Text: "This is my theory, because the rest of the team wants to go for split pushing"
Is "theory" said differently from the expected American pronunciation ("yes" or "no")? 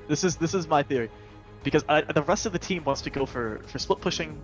no